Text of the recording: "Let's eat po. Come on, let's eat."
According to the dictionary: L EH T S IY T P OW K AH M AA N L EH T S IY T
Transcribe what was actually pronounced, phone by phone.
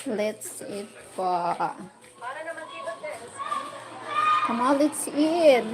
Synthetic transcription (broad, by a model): L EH T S IY T F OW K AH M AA L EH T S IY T